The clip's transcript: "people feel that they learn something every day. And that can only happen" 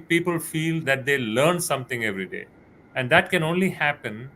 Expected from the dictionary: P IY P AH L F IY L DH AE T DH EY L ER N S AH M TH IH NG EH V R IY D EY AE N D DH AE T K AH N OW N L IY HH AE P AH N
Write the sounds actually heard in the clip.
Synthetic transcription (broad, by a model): P IY P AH L F IY L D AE T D EY L ER N S AH M T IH NG EH V R IY D EY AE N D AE T K AH N OW N L IY HH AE P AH N